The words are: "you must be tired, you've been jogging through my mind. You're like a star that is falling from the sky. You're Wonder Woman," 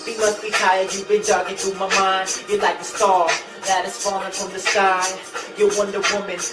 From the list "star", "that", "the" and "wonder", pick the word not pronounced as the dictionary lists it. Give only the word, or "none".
star